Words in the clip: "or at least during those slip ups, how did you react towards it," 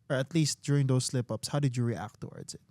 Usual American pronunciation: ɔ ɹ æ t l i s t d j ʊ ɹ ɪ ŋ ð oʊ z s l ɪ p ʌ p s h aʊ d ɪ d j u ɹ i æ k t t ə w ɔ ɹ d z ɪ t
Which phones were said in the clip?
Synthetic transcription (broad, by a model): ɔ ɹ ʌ t l i s t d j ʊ ɹ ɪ ŋ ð oʊ s l ɪ p ʌ p s h aʊ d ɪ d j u ɹ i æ k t t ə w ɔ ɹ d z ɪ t